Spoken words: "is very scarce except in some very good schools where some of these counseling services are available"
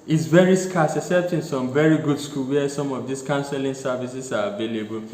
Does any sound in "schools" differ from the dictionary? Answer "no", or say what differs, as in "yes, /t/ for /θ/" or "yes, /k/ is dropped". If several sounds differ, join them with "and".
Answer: yes, /z/ is dropped